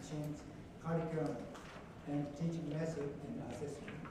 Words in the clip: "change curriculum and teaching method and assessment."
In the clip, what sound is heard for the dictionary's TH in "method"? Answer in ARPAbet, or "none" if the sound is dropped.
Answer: S